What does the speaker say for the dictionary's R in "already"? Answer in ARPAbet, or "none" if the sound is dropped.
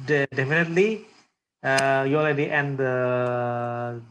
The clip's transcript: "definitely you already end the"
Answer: L